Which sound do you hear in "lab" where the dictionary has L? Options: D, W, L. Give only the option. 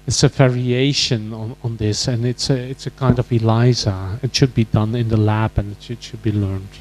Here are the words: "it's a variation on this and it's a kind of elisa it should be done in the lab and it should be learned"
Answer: L